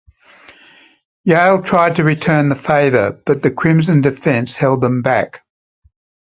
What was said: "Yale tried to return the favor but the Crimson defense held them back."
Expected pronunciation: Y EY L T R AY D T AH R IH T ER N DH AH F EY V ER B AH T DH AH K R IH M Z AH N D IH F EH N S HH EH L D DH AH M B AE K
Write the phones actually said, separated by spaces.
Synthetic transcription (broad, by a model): Y EY L T R AY D T AH R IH T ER N DH AH F EY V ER B AH T DH AH K R IH M Z AH N D IH F EH N S HH EH L D DH AH M B AE K